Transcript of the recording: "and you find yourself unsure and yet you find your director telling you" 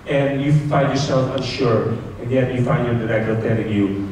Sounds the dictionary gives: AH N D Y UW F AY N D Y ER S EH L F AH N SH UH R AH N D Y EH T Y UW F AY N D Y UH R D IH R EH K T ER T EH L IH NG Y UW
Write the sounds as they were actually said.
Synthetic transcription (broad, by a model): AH N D Y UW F AY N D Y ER S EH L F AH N SH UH R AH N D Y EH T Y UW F AY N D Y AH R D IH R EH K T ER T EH N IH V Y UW